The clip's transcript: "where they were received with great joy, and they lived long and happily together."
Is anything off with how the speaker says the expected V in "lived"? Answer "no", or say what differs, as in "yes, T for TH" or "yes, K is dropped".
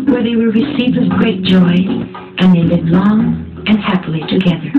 yes, V is dropped